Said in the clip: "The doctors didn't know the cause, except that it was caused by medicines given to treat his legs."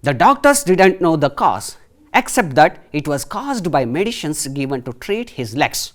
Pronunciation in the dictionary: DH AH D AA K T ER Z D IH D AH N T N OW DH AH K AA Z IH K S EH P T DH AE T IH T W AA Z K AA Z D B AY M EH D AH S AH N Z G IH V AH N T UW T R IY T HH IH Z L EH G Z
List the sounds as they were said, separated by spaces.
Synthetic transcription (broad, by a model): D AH D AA K T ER S D IH D AH N T N OW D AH K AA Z IH K S EH P T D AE T IH T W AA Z K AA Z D B AY M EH D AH SH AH N S G IH V AH N T UW T R IY T HH IH Z L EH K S